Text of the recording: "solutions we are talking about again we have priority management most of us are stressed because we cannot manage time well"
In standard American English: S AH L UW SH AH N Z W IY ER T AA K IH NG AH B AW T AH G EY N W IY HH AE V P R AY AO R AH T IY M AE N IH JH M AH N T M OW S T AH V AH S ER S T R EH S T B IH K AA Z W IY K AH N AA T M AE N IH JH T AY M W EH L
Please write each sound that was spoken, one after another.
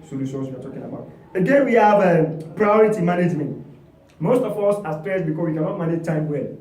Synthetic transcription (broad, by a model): S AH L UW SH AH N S W IY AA T AA K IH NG AH B AW T AH G EY N W IY HH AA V P R AY AO R AH T IY M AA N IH JH M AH N T M OW S T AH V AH S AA S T R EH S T B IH K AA S W IY K AH N AA T M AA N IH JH T AY M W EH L